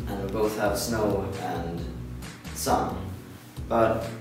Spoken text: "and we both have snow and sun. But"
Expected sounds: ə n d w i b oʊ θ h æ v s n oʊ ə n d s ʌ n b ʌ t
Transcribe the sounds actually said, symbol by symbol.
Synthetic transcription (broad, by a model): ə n w i b oʊ θ h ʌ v s n oʊ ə n s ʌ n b ʌ t